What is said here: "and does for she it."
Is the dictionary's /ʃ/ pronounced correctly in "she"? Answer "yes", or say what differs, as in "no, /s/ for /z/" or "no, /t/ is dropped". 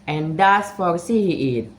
no, /s/ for /ʃ/